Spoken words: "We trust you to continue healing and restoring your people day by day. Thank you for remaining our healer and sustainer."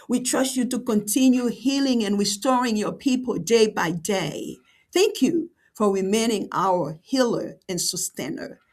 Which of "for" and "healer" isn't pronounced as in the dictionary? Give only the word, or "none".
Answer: none